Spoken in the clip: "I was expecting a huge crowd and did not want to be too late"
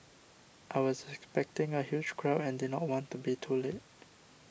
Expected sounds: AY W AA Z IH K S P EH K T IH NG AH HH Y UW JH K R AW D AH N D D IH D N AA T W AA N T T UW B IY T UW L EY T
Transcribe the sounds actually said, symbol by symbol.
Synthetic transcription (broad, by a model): AY W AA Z IH K S P EH K T IH NG AH HH Y UW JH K R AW AH N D D IH D N AA T W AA N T T UW B IY T UW L EY T